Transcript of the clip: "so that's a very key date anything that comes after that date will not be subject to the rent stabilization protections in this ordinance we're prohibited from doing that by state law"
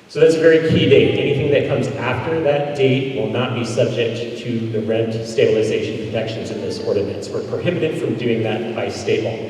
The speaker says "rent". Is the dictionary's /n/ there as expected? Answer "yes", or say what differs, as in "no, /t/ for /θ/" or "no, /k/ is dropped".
yes